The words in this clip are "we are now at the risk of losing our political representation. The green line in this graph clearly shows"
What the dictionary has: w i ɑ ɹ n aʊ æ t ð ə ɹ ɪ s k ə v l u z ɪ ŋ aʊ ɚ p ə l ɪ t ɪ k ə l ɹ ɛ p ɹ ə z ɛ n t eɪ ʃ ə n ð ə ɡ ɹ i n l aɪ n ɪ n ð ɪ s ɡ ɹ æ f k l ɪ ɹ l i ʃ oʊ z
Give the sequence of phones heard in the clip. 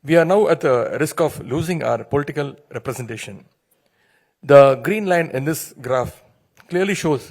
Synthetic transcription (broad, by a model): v i ɑ ɹ n aʊ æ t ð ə ɹ ɪ s k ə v l u z ɪ ŋ aʊ ɚ p ə l ɪ t ɪ k ə l ɹ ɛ p ɹ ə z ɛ n t eɪ ʃ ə n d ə ɡ ɹ i n l aɪ n ɪ n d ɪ s ɡ ɹ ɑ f k l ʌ ɹ l i ʃ oʊ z